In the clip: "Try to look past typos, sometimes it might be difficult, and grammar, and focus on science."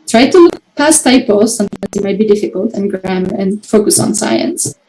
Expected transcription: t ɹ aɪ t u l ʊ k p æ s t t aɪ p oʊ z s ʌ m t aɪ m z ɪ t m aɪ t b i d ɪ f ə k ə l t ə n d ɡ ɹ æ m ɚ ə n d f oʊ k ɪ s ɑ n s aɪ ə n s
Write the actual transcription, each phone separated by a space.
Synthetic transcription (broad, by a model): t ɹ aɪ t u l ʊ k p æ s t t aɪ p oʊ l s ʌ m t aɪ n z ɪ t m aɪ t b i d ɪ f ə k ə l t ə n ɡ ɹ æ m ɚ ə n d f oʊ k ɪ s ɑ n s aɪ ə n s